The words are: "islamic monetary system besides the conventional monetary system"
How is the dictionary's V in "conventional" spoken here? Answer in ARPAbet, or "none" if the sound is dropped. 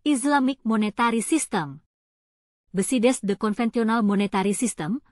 F